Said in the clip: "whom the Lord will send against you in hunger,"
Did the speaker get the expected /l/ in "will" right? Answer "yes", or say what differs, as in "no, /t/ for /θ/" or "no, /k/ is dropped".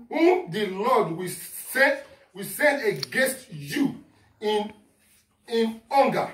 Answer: no, /w/ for /l/